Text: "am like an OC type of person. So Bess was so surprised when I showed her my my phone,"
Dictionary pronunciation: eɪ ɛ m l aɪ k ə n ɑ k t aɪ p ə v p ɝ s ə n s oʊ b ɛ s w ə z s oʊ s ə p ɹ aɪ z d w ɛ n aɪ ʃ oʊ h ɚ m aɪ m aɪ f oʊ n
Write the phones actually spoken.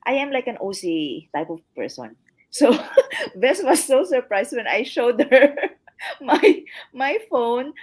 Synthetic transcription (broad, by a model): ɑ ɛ m l aɪ k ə n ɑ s t aɪ p ə v p ɝ s ə n s oʊ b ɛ s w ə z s oʊ s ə p ɹ aɪ s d w ɛ n aɪ ʃ oʊ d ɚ m aɪ m aɪ f oʊ n